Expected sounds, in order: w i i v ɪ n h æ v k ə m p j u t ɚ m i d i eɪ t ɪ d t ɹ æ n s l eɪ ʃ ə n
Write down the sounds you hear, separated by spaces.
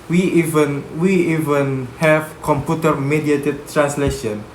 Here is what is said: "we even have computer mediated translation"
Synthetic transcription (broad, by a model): w i i v ɪ n h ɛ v k ə m p j u t ɚ m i d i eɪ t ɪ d t ɹ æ n s l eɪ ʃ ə n